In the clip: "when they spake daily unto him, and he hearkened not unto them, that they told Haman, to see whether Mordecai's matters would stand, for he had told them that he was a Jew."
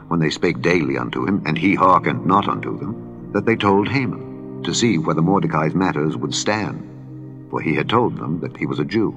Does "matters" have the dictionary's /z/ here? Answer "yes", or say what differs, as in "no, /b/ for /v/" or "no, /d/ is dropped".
yes